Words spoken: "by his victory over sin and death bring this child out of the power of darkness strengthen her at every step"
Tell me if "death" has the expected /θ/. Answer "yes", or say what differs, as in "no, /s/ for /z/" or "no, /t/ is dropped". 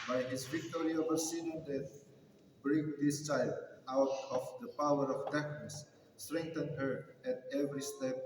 no, /t/ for /θ/